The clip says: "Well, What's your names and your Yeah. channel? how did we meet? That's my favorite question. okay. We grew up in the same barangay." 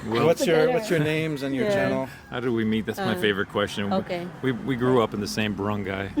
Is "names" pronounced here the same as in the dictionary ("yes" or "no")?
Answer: yes